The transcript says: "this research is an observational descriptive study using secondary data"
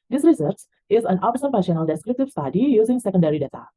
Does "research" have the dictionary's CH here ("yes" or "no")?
no